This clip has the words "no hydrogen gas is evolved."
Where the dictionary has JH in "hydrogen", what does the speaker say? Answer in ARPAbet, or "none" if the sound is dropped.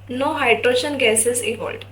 SH